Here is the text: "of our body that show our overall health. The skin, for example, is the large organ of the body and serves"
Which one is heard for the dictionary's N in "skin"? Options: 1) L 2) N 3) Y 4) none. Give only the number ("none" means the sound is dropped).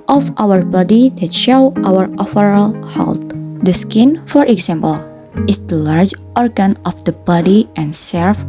2